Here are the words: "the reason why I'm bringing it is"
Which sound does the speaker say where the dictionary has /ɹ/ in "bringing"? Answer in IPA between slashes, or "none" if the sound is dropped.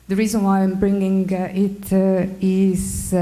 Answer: /ɹ/